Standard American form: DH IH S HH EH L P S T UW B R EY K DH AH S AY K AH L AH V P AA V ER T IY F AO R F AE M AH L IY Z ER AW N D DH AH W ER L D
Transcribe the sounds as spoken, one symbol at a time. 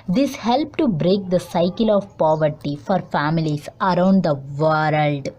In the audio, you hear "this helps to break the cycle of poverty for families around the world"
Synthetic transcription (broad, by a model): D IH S HH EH L P T UW B R EY K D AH S AY K AH L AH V P AA V ER T IY F AO R F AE M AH L IY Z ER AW N D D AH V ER L D